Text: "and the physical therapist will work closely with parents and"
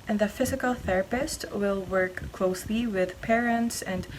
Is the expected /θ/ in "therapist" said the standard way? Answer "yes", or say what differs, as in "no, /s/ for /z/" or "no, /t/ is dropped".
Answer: yes